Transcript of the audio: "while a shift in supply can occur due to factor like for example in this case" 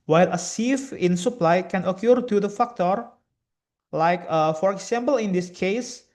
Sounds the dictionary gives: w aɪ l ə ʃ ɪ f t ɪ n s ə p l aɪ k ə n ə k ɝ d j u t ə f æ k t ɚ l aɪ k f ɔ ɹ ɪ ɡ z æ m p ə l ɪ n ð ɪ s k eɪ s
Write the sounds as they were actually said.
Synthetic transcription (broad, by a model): w aɪ l ə s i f ɪ n s ə p l aɪ k ə n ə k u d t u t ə f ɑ k t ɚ l aɪ k f ɔ ɹ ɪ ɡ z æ m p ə l ɪ n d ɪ s k eɪ s